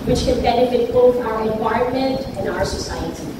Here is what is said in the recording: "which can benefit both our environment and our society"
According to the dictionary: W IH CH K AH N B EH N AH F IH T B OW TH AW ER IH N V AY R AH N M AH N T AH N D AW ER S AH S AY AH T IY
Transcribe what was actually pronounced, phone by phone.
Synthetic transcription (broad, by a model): W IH CH K AH N B EH N AH F IH T B OW TH AW ER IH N W AY AH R M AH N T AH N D AW ER S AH S AY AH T IY